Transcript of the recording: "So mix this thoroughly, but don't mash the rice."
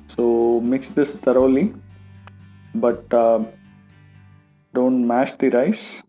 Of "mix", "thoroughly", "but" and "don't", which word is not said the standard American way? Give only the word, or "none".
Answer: thoroughly